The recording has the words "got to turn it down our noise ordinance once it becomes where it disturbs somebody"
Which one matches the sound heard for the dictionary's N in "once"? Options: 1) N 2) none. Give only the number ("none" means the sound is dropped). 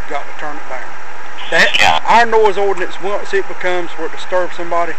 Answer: 2